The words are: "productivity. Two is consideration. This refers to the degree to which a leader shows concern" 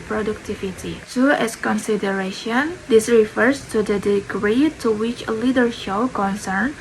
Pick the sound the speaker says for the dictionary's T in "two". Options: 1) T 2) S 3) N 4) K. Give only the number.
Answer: 2